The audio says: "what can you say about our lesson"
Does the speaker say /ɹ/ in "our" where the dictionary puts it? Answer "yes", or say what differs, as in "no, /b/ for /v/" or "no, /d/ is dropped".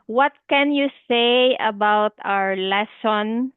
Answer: yes